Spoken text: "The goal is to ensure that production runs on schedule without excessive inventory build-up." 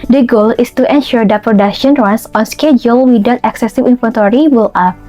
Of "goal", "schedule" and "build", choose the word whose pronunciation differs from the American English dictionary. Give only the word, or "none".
build